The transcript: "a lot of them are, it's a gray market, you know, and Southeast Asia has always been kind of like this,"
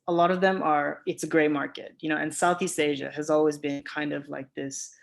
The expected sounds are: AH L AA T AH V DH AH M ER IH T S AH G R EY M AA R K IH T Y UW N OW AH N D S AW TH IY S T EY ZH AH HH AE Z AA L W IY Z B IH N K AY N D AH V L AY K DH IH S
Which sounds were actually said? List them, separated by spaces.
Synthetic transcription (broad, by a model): AH L AA T AH V DH AH M ER IH T S AH G R EY M AA R K IH T Y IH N OW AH N S AW TH IY S T EY ZH AH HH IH Z AA L W IY Z B IH N K AY N D AH V L AY K DH IH S